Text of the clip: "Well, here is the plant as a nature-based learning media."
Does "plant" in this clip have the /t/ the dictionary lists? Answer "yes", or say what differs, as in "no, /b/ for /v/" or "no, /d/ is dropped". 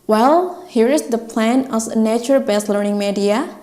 no, /t/ is dropped